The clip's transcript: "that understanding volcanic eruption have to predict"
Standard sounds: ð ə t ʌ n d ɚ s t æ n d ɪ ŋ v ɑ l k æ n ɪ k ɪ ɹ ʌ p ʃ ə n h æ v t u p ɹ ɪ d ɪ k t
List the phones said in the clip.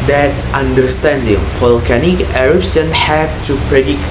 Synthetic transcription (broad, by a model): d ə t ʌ n d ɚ s t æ n d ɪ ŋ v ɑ l k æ n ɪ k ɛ ɹ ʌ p s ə n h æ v t u p ɹ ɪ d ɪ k